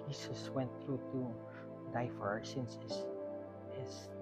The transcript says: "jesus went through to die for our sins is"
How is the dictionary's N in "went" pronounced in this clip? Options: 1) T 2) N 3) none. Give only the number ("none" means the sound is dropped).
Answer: 2